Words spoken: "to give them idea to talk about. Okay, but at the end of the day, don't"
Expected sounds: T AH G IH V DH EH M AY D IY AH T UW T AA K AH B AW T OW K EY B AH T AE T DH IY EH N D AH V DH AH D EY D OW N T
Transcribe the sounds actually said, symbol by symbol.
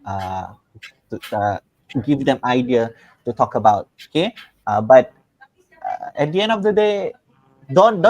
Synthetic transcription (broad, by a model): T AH G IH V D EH M AY D IY AH T UW T AA K AH B AW T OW K EY B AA T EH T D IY EH N D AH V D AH D EY D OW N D